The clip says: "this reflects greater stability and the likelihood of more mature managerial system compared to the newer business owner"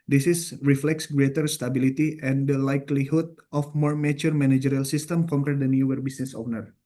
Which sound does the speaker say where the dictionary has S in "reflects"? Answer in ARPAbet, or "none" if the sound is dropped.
S